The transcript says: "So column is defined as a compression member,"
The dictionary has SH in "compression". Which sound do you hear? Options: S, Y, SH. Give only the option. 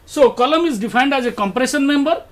S